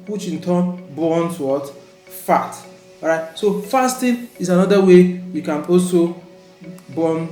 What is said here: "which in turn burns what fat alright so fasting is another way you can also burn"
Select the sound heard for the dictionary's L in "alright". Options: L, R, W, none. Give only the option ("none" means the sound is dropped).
none